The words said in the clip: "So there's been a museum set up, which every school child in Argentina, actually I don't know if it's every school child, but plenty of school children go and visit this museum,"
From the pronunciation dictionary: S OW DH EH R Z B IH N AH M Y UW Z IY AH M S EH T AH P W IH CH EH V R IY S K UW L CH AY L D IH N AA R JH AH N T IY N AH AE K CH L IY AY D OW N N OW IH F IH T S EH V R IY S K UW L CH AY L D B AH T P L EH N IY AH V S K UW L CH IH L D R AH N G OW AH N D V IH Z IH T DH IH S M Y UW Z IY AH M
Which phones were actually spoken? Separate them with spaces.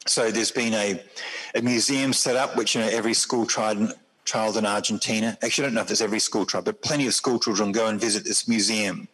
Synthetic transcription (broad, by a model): S OW DH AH R Z B IH N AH M Y UW Z IY AH M S EH T AH P W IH CH EH V R IY S K UW L CH AY L D IH N AA R JH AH N T IY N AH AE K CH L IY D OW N N OW IH F IH T S EH V R IY S K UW L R AY D B AH T P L EH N IY AH V S K UW L CH IH L D R AH N G OW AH N V IH Z IH T DH IH S M Y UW Z IY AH M